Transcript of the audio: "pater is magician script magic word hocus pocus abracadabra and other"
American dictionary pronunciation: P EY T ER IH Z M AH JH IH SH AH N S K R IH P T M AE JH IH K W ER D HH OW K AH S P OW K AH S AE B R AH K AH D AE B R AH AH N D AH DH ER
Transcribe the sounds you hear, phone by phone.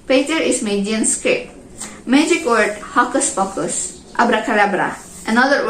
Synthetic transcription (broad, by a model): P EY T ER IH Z M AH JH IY AH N S K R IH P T M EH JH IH K W ER D HH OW K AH S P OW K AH S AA B R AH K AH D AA B R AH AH N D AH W